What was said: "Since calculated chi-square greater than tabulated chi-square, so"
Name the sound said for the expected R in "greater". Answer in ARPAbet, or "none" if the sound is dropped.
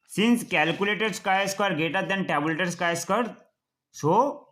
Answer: none